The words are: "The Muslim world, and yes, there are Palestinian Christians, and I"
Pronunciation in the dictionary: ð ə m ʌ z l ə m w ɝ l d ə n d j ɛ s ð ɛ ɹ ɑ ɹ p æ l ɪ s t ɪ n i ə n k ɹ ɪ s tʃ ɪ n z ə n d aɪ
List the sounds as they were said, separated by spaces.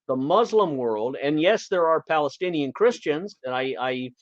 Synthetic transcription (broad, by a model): ð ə m ʌ z l ə m w ɝ l d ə n j ɛ s ð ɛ ɹ ɑ ɹ p æ l ɪ s t ɪ n i ə n k ɹ ɪ s tʃ ɪ n z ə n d aɪ